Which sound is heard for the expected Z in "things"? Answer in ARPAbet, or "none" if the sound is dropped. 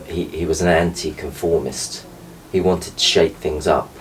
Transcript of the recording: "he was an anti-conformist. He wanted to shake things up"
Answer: Z